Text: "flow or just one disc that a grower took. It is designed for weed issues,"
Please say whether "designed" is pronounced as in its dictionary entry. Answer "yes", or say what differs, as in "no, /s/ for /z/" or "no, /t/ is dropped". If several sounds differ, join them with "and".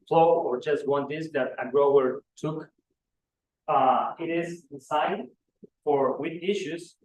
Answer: no, /s/ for /z/